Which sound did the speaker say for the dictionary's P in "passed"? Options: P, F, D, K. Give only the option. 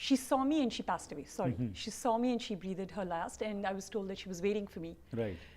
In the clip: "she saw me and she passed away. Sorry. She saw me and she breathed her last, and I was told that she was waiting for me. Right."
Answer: P